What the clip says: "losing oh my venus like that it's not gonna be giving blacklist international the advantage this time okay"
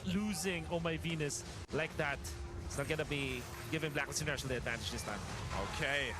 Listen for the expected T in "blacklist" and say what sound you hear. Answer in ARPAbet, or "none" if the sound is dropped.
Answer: none